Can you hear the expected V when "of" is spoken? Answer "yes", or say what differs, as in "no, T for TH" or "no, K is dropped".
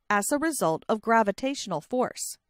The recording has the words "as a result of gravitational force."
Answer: yes